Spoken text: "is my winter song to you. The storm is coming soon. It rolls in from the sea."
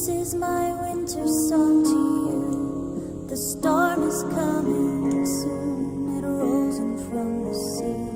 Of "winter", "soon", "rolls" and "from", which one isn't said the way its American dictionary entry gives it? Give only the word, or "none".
rolls